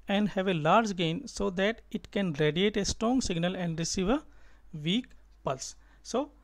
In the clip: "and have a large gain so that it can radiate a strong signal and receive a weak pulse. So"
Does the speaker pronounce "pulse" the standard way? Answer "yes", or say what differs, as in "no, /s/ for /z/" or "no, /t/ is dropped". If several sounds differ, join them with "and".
yes